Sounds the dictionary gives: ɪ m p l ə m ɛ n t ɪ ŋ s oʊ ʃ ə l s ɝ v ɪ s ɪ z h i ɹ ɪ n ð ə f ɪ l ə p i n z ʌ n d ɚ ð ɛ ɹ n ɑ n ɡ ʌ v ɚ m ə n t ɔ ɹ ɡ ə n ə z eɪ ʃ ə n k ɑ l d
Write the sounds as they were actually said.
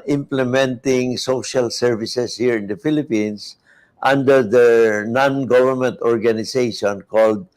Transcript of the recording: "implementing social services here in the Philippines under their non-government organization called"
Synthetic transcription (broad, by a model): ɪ m p l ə m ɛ n t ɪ ŋ s oʊ ʃ ə l s ɝ v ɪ s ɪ s h i ɹ ɪ n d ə f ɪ l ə p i n s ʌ n d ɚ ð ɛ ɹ n ɑ n ɡ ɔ v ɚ m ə n t ɔ ɹ ɡ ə n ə s eɪ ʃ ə n k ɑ l d